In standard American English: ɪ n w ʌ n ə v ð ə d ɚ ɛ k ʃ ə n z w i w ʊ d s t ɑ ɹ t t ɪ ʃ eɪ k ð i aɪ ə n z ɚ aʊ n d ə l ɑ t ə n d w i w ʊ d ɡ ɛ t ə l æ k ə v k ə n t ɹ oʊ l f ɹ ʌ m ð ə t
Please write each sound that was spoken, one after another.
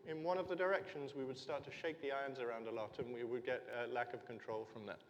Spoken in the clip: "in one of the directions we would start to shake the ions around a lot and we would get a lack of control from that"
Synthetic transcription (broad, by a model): ɪ n w ʌ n ə v ð ə d ɚ ɛ k ʃ ə n z w i w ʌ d s t ɑ ɹ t t ɪ ʃ eɪ k ð i aɪ ə n z ɚ aʊ n d ə l ɑ t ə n w i w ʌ d ɡ ɛ t ə l æ k ə v k ə n t ɹ oʊ l f ɹ ʌ m ð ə t